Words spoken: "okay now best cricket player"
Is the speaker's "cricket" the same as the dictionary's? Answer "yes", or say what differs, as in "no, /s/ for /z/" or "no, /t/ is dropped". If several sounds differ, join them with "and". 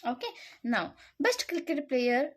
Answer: no, /ɹ/ is dropped